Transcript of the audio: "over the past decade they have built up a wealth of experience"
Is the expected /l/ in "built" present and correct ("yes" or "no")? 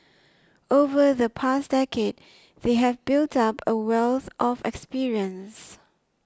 yes